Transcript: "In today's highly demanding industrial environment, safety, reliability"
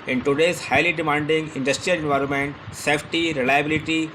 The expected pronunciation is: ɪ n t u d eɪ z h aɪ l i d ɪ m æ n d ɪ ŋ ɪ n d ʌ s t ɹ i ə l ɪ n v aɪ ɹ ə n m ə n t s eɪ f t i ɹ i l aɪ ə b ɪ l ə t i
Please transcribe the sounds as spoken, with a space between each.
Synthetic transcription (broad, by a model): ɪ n t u d eɪ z h aɪ l i d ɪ m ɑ n d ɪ ŋ ɪ n d ʌ s t ɹ i ə l ɪ n v aɪ ɹ ə n m ə n t s eɪ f t i ɹ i l aɪ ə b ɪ l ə t i